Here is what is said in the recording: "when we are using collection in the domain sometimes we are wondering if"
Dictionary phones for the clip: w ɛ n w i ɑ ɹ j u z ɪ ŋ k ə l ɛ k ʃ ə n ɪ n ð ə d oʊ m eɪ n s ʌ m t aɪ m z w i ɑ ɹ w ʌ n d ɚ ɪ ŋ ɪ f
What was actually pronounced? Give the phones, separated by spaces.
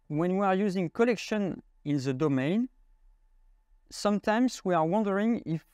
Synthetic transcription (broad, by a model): w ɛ n w i ɑ ɹ j u z ɪ ŋ k ə l ɛ k ʃ ə n ɪ n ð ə d oʊ m eɪ n s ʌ m t aɪ m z w i ɑ ɹ w ʌ n d ɚ ɪ ŋ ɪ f